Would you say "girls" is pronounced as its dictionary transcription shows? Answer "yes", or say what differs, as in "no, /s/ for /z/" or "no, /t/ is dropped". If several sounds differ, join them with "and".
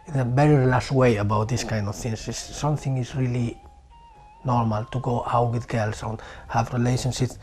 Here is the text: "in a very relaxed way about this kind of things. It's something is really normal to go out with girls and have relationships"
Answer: no, /s/ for /z/